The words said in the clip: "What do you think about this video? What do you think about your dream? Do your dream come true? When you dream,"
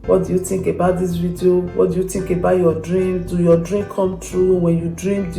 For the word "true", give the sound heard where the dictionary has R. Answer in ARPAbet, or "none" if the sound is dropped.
R